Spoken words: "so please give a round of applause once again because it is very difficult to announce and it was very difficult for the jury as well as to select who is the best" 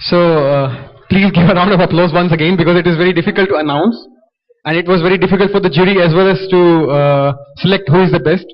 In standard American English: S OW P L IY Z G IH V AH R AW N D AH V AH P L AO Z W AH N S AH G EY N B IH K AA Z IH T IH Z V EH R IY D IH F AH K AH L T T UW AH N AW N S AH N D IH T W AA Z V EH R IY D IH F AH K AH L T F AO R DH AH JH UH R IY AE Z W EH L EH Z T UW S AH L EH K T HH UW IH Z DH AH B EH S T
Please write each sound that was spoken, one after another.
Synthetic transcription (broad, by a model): S OW P L IY Z G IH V AH R AW N D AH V AH P L AO Z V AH N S AH G EY N B IH K AA Z IH T IH Z V EH R IY D IH F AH K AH L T T UW AH N AW N S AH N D IH T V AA Z V EH R IY D IH F AH K AH L T F AO R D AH JH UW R IY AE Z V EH L EH Z T UW S AH L EH K T HH UW IH Z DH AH B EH S T